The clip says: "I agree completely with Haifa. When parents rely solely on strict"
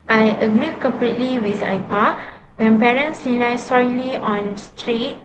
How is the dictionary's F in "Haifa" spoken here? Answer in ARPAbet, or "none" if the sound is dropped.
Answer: P